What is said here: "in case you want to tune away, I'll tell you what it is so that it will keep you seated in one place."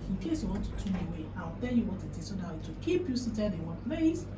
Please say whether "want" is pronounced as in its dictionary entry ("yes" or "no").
no